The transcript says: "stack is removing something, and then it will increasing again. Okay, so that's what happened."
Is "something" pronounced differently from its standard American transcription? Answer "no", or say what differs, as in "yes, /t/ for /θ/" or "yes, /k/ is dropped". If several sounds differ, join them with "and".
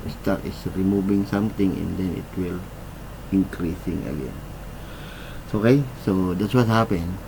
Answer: yes, /t/ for /θ/